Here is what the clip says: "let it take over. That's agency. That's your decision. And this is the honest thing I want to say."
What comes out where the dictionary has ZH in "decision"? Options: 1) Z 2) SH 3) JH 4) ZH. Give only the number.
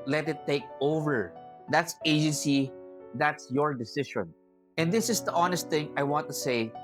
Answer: 2